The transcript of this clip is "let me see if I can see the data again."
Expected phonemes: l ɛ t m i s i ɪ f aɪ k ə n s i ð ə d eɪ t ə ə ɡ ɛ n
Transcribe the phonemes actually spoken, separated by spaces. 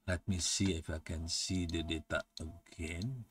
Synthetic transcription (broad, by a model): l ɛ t m i s i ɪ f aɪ k ə n s i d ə d eɪ t ə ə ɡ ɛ n